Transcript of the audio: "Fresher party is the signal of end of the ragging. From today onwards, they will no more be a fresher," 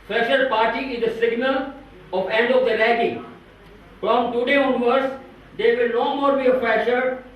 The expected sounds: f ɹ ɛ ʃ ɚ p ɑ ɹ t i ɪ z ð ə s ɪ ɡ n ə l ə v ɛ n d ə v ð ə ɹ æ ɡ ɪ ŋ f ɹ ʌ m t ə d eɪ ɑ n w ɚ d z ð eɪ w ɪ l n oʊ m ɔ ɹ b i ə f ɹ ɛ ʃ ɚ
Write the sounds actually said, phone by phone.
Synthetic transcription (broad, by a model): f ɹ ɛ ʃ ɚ p ɑ ɹ t i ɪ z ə s ɪ ɡ n ə l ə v ɛ n d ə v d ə l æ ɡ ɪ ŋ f ɹ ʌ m t ə d eɪ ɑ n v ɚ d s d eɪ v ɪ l n oʊ m ɔ ɹ b i ə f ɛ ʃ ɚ